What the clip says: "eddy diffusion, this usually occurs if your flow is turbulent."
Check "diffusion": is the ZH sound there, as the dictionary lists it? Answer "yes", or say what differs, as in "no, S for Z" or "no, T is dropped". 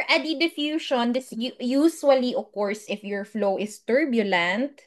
no, SH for ZH